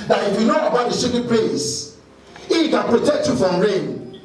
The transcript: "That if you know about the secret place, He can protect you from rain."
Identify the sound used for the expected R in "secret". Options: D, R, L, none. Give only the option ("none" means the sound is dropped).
none